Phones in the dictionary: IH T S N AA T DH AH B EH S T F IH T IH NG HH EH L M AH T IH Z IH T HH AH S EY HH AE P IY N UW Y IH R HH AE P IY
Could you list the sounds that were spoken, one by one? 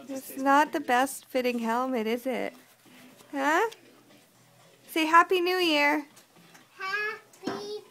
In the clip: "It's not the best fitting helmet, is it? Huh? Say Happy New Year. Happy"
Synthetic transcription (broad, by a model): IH T S N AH T DH AH B EH S T F IH T IH NG HH EH L M AH T IH Z IH T HH AH S EY HH AE P IY N UW Y IH R HH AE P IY